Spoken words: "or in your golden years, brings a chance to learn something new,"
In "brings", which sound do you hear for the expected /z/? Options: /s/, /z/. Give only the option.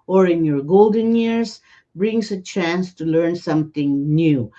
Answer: /s/